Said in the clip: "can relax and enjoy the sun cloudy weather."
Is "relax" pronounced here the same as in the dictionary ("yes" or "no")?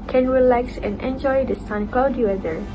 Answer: yes